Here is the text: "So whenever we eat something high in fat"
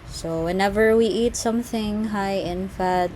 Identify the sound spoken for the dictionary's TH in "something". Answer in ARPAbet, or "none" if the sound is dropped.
TH